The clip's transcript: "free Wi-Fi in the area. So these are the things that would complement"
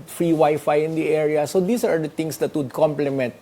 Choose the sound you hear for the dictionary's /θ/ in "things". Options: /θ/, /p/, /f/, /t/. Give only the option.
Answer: /t/